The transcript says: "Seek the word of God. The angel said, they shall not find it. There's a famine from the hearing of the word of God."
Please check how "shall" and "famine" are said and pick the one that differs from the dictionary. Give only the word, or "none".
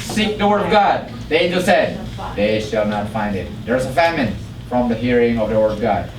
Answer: none